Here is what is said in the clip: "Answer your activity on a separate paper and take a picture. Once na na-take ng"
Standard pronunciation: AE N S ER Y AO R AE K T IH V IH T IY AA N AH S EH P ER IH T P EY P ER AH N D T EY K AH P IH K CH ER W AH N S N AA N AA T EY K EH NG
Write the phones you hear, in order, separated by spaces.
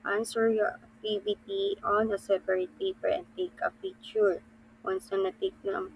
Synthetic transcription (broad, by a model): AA N S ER Y AO R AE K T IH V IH T IY AA N AH S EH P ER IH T P EY P ER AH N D T EY K AH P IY CH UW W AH N S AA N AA T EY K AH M